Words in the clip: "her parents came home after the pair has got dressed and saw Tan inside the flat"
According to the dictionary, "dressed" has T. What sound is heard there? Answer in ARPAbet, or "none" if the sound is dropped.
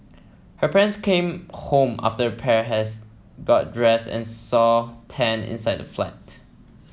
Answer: none